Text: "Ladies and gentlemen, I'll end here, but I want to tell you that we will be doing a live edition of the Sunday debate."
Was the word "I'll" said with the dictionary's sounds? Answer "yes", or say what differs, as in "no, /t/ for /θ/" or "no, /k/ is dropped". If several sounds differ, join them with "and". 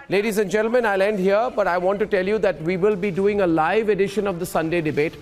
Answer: yes